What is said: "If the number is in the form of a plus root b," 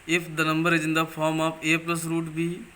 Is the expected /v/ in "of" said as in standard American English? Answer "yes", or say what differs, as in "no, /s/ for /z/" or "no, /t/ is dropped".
no, /p/ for /v/